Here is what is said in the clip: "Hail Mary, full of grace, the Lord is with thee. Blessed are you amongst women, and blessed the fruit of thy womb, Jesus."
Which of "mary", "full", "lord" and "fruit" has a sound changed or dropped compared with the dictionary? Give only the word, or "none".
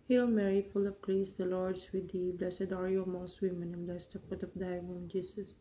fruit